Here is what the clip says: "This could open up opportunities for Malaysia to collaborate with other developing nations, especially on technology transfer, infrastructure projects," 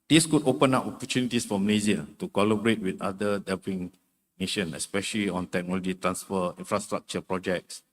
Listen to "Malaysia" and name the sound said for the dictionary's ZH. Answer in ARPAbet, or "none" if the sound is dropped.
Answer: Z